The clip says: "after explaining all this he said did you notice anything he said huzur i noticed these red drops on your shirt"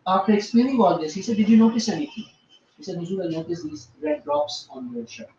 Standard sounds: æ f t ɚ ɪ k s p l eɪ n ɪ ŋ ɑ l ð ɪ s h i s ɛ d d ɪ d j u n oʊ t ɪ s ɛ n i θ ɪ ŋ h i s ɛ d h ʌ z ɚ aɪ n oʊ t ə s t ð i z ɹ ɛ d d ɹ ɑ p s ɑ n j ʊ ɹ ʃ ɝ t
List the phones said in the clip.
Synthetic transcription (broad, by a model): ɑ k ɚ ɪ k s p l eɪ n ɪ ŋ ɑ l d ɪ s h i s ɛ d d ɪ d j u n oʊ t ɪ s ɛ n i t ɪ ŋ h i s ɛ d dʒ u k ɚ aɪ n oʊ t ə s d i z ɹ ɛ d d ɹ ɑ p s ɑ n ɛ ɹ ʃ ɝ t